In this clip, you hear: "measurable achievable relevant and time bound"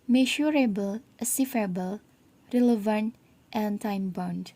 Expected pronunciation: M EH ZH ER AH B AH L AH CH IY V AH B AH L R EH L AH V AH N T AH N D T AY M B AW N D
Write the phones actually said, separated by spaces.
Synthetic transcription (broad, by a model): M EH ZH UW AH B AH L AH S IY F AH B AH L R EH L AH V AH N T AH N T AY M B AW N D